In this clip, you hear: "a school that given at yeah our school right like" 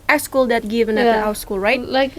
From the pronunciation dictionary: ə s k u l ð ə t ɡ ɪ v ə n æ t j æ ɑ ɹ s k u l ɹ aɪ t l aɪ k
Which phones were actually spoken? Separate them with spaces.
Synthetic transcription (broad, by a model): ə s k u l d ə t ɡ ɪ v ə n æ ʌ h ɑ w s k u l ɹ aɪ t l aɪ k